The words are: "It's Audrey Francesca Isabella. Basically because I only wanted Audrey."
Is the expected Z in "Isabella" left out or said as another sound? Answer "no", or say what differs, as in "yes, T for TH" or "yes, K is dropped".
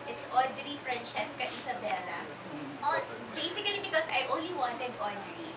yes, S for Z